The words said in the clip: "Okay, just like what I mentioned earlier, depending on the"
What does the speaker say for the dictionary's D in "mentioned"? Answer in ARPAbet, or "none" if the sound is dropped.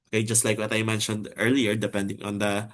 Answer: D